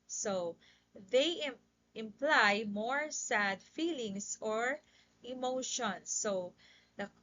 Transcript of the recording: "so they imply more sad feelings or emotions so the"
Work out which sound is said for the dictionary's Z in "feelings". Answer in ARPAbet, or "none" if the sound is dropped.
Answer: S